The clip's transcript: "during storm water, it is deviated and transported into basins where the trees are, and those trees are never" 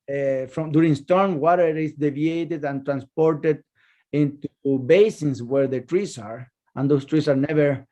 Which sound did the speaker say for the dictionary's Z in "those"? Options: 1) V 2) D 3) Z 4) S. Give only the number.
4